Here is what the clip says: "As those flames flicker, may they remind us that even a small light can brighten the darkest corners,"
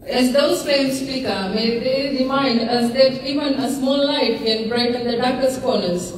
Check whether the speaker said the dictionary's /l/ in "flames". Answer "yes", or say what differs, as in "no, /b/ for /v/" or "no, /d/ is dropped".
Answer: no, /l/ is dropped